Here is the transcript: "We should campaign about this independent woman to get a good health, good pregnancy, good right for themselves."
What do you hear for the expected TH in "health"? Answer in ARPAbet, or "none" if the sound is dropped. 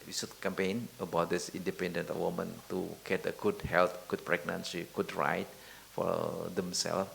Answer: T